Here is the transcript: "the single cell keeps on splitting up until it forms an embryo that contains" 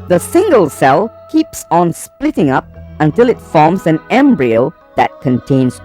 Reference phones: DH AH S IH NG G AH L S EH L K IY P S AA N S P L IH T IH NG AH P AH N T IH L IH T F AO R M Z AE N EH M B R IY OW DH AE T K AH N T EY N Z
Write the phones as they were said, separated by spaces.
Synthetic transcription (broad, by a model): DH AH S IH NG G AH L S EH L K IY P S AA N S P L IH T IH NG AH P AH N T IH L IH T F AO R M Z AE N EH M B R IY OW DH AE T K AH N T EY N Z